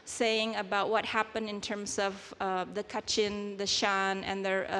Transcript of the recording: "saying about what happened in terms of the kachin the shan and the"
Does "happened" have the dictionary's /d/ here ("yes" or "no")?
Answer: yes